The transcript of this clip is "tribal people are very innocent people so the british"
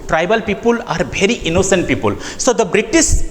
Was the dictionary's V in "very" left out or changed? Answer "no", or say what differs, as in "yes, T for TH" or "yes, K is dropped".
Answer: yes, B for V